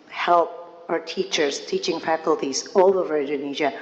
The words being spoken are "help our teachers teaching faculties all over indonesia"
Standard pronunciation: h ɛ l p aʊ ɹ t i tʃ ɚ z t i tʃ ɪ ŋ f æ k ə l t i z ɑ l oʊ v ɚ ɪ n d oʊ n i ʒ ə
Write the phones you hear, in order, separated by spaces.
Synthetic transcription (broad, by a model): h ɛ l p aʊ ɹ t i tʃ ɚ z t i tʃ ɪ ŋ f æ k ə l t i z ɑ l oʊ v ɚ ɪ n d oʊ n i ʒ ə